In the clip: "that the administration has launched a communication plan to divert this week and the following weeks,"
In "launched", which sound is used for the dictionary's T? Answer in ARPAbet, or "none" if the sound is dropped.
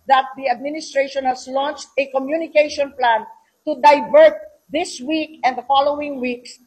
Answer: T